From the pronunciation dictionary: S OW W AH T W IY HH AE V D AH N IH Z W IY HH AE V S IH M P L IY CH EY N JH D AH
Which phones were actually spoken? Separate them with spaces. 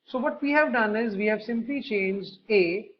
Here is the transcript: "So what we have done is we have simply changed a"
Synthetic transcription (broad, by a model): S OW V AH T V IY HH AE V D AH N IH Z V IY HH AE V S IH M P L IY CH EY N JH D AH